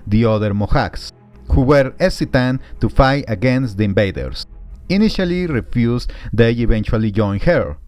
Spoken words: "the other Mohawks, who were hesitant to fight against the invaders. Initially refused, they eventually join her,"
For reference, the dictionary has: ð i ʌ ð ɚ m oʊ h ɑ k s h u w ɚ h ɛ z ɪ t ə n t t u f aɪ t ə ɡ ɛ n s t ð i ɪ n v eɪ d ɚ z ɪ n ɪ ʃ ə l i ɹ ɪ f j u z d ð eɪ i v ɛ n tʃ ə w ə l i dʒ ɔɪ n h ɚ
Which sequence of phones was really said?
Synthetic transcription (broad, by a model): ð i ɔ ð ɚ m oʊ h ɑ k s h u w ɚ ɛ s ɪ t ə n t t u f aɪ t ə ɡ ɛ n s t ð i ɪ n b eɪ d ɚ s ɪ n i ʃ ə l i ɹ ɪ f j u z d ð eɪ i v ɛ n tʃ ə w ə l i dʒ ɔɪ n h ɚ